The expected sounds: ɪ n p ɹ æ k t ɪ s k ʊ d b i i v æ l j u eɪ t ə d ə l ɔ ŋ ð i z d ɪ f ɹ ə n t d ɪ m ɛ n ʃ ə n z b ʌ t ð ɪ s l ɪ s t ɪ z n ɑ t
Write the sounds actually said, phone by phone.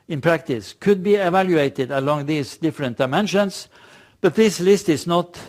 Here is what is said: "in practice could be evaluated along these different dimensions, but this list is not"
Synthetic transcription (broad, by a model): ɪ n p ɹ æ k t ɪ s k ʊ d b i i v æ l j u eɪ t ə d ə l ɔ ŋ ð i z d ɪ f ɹ ə n t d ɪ m ɛ n ʃ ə n s b ʌ t ð ɪ s l ɪ s t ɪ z n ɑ t